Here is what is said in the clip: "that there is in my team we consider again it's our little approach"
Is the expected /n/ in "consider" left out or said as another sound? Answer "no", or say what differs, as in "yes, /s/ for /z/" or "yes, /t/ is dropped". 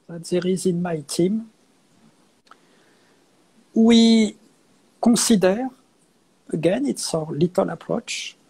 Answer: yes, /n/ is dropped